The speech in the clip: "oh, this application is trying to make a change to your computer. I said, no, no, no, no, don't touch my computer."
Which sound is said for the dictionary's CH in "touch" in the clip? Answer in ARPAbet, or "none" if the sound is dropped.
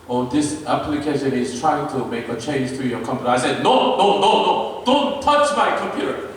CH